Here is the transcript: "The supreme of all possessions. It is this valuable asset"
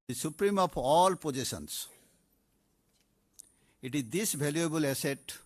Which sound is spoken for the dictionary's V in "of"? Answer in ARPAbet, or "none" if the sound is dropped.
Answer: P